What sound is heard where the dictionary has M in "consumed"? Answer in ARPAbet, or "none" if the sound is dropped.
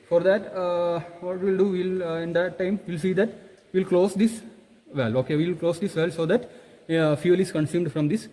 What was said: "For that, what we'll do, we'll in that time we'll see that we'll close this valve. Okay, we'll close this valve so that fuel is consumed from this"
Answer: M